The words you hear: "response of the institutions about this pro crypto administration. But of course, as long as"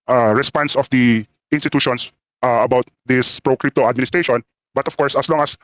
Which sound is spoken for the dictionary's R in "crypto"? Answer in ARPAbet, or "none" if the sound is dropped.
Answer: R